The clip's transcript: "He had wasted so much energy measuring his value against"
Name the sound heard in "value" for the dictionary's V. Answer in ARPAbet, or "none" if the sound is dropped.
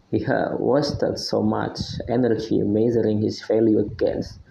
F